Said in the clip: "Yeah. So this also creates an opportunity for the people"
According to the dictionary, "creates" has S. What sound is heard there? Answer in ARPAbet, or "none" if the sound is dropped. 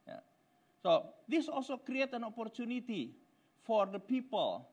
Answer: none